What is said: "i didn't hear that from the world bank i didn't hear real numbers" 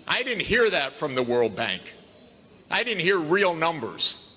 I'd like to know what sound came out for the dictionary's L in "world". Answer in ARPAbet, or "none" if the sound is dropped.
L